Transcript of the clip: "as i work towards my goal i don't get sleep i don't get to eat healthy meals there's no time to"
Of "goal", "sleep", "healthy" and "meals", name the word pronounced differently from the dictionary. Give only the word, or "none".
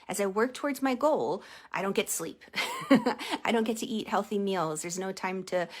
none